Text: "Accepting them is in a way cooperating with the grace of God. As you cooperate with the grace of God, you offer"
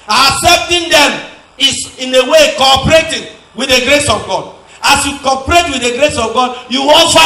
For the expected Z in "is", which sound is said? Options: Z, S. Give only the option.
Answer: S